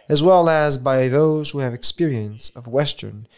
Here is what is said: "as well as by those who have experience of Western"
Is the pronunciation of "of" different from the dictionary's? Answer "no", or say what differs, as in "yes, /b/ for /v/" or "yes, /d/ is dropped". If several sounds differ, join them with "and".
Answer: no